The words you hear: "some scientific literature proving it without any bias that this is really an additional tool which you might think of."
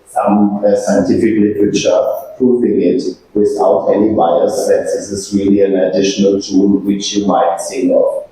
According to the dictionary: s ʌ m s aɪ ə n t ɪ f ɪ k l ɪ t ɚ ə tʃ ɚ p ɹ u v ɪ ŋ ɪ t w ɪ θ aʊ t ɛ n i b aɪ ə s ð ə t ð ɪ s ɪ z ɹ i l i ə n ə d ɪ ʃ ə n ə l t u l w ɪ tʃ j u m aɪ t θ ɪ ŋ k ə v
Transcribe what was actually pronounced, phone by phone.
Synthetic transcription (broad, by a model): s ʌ m s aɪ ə n t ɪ f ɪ k l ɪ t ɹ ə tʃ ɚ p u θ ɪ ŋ ɪ t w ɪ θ aʊ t ɛ n i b aɪ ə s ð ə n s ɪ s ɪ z ɹ i l i ə n ə d ɪ ʃ ə n ə l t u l w ɪ tʃ j u m aɪ t s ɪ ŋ ə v